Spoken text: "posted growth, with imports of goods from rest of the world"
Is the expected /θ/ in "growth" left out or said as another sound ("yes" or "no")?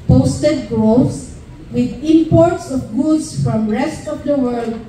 yes